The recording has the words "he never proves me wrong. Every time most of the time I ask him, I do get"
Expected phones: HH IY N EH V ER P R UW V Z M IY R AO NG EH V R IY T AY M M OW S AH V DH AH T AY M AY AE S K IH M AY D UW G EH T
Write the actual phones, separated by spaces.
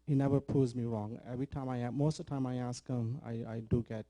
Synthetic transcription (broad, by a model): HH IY N EH V ER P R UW Z M IY R AO NG EH V R IY T AY M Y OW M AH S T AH T AY M AY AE S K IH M AY D UW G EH T